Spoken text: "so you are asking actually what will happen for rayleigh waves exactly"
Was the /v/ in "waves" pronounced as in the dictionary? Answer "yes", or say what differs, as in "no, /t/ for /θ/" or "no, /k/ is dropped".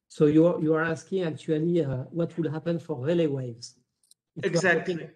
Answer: yes